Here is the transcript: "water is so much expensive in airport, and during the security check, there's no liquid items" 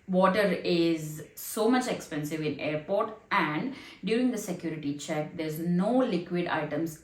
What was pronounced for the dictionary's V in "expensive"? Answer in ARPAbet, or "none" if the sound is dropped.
V